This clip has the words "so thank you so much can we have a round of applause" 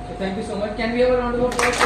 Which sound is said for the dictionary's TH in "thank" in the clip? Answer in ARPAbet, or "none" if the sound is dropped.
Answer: T